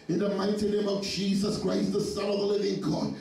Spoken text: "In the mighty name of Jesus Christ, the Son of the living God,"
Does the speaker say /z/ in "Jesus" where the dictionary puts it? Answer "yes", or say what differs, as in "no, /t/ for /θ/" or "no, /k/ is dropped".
yes